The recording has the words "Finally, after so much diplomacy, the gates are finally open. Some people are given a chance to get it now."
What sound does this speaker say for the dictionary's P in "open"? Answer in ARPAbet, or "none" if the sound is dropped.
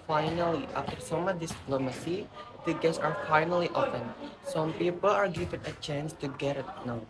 F